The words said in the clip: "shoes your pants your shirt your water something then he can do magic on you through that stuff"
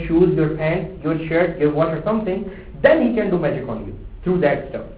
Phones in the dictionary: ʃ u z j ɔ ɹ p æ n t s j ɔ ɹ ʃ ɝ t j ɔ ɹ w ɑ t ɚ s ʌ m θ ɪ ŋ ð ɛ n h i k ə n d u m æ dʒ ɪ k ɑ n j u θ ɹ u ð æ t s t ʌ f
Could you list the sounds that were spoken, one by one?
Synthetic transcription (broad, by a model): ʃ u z j ɔ ɹ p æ n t j ɔ ɹ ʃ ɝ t j ɔ ɹ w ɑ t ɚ s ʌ m t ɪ ŋ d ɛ n h i k ə n d u m æ dʒ ɪ k ɑ n j u t ɹ u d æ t s t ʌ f